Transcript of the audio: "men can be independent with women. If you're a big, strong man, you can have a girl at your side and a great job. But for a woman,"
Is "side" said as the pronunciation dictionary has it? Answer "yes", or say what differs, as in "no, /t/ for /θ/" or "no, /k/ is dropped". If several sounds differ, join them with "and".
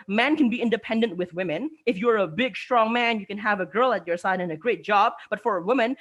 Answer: yes